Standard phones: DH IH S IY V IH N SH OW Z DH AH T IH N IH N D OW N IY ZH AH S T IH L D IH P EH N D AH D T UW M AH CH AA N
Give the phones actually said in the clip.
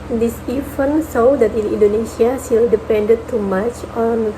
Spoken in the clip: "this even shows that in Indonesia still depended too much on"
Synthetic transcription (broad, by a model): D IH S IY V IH N S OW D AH T IH N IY N D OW N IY S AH S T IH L D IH P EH N D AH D T UW M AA CH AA N